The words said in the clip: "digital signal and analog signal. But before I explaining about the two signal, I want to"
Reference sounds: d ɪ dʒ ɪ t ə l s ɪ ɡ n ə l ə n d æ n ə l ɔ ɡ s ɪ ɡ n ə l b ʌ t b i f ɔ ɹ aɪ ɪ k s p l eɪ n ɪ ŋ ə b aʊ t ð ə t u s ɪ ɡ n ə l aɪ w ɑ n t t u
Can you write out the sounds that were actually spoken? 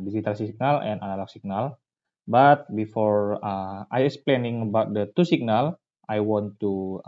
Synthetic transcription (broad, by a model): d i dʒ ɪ t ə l s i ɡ n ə l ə n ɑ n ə l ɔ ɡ s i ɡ n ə l b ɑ t b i f ɔ ɹ aɪ ɪ k s p l eɪ n ɪ ŋ ə b aʊ t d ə t u s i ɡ n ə l aɪ w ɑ n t t u